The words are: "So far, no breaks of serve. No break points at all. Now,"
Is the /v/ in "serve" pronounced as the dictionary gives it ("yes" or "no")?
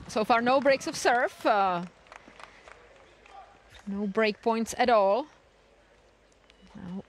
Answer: no